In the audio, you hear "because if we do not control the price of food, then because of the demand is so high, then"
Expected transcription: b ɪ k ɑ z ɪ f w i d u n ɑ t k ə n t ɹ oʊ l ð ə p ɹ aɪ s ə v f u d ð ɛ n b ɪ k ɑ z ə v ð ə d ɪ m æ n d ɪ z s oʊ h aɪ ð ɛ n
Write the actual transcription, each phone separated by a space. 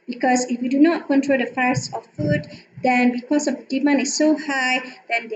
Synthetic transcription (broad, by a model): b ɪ k ɑ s ɪ f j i d u n ɑ t k ə n t ɹ oʊ l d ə f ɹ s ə f f u d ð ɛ n b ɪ k ɑ s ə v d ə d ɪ m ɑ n ɪ s oʊ h aɪ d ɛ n